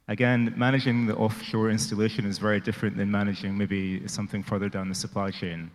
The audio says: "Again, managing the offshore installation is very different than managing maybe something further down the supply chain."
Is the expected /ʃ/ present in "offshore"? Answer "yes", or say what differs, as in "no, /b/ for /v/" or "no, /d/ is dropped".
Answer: yes